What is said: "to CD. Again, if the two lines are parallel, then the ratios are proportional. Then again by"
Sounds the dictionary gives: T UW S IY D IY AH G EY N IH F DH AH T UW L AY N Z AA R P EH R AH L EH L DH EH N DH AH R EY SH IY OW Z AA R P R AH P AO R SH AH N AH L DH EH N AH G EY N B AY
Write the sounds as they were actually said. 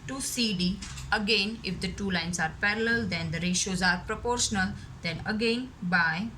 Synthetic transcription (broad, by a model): T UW S IY D IY AH G EY N IH F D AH T UW L AY N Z AA R P EH R AH L EH L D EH N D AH R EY SH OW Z AA R P R AH P AO R SH AH N AH L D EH N AH G EY N B AY